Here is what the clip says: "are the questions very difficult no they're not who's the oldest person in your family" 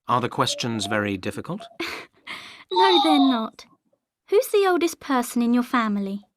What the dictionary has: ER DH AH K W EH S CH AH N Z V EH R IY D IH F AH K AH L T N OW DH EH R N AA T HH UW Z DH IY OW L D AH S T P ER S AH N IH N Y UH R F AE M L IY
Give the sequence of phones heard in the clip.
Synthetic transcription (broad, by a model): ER DH AH K W EH S CH AH N Z V EH R IY D IH F AH K AH L T N OW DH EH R N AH T HH UW Z DH IY OW L D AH S P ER S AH N IH N Y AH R F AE M L IY